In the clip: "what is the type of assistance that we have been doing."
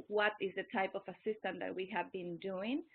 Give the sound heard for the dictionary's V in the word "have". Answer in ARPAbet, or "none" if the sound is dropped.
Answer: V